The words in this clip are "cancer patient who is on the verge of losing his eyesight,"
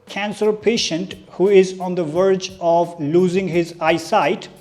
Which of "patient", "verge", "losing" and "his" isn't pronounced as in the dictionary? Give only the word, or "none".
none